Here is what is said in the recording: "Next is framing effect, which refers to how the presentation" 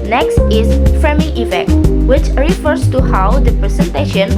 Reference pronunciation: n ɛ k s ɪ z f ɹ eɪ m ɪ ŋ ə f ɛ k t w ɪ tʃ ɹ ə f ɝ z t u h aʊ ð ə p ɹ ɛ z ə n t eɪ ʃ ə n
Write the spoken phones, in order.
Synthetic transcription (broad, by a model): n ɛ k s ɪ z f ɹ eɪ m ɪ ŋ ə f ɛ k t w ɪ tʃ ɹ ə f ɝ s t u h aʊ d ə p ɹ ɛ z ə n t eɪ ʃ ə n